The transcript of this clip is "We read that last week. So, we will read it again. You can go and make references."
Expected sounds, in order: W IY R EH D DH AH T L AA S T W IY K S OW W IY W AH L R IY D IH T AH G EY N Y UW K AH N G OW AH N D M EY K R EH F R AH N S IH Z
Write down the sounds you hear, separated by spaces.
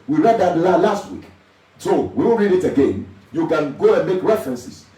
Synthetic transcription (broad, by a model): W IY R EH D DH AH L L AA S T W IY K S OW W IY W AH N R IY D IH T AH G EY N Y UW K AH N G OW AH N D M EY K R EH F R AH N S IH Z